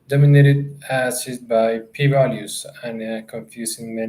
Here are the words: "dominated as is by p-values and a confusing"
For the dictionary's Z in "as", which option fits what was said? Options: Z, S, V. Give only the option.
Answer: S